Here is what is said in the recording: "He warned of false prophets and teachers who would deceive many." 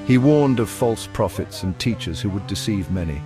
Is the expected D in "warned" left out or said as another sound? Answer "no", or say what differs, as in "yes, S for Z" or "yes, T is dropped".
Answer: no